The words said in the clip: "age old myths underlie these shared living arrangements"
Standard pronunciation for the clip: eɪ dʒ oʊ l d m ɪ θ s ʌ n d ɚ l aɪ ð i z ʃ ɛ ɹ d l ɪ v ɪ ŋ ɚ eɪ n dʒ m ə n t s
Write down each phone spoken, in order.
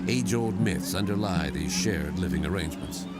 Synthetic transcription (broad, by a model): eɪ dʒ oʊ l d m ɪ θ s ʌ n d ɚ l aɪ ð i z ʃ ɛ ɹ d l ɪ v ɪ ŋ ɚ eɪ n dʒ m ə n t s